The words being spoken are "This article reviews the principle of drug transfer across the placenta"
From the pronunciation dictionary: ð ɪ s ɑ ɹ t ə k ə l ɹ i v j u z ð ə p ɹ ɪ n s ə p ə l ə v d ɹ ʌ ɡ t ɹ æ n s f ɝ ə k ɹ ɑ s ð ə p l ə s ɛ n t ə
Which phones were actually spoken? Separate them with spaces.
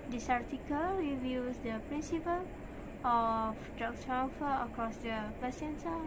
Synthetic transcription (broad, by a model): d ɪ s ɑ ɹ t ə k ə l w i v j u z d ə p ɹ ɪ n s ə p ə l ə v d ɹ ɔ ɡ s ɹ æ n f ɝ ə k ɹ ɑ s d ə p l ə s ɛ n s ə